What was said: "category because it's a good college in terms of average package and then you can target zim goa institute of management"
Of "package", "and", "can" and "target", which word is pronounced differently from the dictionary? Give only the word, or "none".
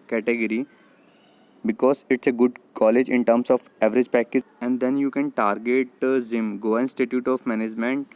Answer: package